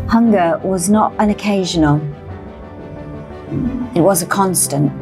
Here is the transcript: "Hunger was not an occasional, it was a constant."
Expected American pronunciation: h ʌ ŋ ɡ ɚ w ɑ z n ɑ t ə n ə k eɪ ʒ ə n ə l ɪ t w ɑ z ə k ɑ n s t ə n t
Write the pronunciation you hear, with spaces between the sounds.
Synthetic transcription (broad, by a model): h ʌ ŋ ɡ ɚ w ɑ z n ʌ t ə n ə k eɪ ʒ ə n ə l ɪ t w ɑ z ə k ɑ n s t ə n t